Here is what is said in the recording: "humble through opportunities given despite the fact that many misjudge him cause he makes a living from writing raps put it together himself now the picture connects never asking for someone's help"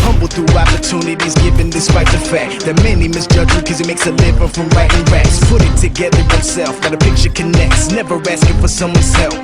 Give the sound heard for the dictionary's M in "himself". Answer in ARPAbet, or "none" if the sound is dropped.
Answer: none